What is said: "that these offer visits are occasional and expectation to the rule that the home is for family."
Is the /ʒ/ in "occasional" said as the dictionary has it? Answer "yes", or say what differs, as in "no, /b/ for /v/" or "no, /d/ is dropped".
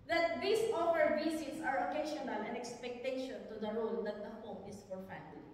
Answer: no, /ʃ/ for /ʒ/